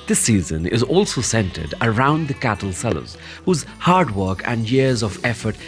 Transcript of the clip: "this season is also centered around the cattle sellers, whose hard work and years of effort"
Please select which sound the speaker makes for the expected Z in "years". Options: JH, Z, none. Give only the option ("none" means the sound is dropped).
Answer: Z